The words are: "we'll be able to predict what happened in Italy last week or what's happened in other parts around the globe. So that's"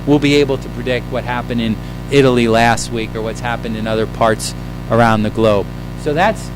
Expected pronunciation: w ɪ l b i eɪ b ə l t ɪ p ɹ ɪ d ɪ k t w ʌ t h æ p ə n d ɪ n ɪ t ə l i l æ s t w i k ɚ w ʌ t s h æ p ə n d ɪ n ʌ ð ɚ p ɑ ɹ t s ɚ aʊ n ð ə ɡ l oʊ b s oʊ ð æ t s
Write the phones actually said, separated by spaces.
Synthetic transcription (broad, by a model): w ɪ l b i eɪ b l t ɪ p ɹ ɪ d ɪ k t w ʌ t h æ p ə n d ɪ n ɪ t l i l æ s t w i k ɚ w ʌ t s h æ p ə n d ɪ n ʌ ð ɚ p ɑ ɹ t s ɚ aʊ n ð ə ɡ l oʊ b s oʊ ð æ t s